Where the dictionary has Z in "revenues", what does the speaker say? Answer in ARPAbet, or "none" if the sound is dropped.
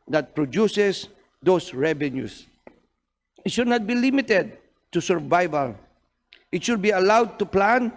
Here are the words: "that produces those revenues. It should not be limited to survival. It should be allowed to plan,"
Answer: S